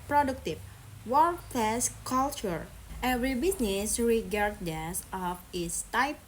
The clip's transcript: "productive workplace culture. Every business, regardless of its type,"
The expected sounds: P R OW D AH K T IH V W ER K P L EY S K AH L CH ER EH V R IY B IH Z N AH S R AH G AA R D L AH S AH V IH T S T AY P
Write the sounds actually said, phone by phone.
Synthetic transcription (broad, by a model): P R OW D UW K T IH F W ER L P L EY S K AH L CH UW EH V R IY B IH S N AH S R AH G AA R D AH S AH F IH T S T AY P